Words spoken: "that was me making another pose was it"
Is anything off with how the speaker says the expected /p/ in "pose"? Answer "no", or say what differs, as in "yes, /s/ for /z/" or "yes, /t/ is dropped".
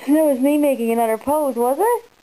no